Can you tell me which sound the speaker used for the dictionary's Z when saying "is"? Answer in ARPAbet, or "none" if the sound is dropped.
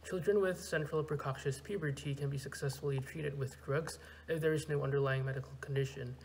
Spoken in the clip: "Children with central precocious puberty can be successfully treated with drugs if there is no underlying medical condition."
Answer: Z